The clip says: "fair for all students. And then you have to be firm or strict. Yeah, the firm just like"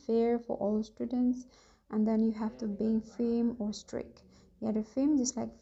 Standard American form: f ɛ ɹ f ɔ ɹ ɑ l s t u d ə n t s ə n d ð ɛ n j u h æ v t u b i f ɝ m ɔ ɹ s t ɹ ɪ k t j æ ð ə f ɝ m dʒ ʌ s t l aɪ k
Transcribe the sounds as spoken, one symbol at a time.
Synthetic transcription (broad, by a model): f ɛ ɹ f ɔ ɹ ɑ l s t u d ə n t s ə n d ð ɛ n j u h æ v t u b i f ɝ m ɔ ɹ s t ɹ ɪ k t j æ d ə f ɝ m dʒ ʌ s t l aɪ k